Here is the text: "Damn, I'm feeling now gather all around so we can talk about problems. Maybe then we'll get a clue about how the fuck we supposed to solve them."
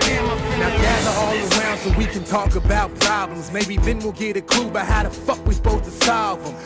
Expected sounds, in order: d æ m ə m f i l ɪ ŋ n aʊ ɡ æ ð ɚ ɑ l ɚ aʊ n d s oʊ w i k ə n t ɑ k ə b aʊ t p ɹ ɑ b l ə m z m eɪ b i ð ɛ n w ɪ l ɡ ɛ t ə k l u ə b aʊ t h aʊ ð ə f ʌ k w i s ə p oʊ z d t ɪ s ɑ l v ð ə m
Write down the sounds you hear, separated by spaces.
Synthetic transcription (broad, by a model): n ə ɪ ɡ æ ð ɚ ɑ l ɚ aʊ n d s oʊ w i k ə n t ɑ k ə b aʊ t p ɹ ɑ b l ə m z m eɪ b i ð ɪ n w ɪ l ɡ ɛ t ə k l u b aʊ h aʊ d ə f ʌ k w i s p oʊ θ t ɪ s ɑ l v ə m